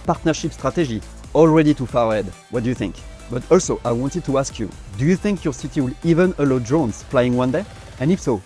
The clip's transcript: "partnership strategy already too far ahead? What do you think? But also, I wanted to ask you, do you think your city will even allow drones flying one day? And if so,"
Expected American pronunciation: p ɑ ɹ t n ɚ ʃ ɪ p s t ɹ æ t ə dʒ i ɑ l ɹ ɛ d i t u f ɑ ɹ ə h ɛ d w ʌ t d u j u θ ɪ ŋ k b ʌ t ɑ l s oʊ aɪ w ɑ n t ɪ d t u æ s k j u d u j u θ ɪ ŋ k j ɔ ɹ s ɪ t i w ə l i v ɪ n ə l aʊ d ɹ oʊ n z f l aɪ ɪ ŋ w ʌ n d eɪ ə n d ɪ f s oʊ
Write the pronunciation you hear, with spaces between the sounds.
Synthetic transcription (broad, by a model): p ɑ ɹ t n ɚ ʃ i p s t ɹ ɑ t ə ʒ i ɑ l ɹ ɛ d i t u f ɑ ɹ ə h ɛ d w ʌ t d u j u θ ɪ ŋ k b ʌ t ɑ l s oʊ aɪ w ɑ n t ɪ d t u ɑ s k j u d u j u θ ɪ ŋ k j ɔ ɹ s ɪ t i w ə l i v ɪ n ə l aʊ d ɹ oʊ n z f l aɪ ɪ ŋ w ʌ n d eɪ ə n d ɪ f s oʊ